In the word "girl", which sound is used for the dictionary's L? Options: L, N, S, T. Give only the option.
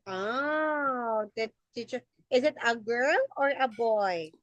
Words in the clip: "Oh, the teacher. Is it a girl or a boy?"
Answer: L